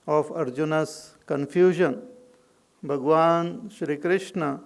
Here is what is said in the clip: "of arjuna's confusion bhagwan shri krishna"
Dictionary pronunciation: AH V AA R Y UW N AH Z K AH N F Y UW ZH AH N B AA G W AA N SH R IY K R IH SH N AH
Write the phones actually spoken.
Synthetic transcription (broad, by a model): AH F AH R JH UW N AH S K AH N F Y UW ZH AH N B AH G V AA N SH R IY K R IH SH N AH